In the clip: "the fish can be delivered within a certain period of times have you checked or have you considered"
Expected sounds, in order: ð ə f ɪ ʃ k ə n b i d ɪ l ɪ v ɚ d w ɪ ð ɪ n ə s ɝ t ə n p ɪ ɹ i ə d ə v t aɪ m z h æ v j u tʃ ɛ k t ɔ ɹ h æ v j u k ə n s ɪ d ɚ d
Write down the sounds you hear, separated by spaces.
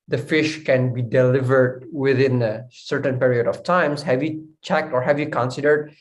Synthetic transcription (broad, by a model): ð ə f ɪ ʃ k ə n b i d ɪ l ɪ v ɚ d w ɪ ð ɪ n ə s ɝ t ə n p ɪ ɹ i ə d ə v t aɪ m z h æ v j u tʃ ɛ k t ɔ ɹ h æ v j u k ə n s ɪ d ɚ d